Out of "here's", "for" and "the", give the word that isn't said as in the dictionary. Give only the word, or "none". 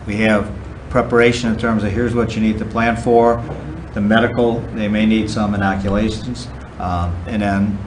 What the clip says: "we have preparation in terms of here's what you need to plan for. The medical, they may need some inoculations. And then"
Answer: none